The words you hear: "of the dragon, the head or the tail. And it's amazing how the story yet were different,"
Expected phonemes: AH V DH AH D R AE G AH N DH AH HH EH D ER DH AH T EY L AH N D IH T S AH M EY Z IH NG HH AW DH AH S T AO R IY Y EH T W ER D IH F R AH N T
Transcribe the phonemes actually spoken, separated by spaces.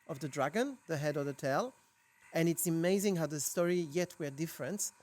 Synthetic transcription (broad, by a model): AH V DH AH D R AE G AH N DH AH HH EH D ER DH AH T EY L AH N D IH T S AH M EY Z IH NG HH AW DH AH S T AO R IY Y EH T W ER D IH F R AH N T